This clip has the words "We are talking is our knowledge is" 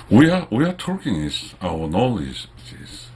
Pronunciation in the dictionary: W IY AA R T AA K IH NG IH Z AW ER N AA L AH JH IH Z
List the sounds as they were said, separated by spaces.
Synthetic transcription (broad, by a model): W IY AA W T AA K IH NG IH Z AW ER N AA L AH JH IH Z